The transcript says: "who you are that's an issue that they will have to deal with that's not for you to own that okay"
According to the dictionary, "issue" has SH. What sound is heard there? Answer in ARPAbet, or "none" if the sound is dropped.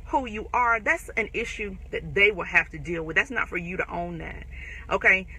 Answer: SH